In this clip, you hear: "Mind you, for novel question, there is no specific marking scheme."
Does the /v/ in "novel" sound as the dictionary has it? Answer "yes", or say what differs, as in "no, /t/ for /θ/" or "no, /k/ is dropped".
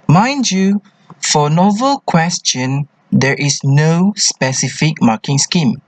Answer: yes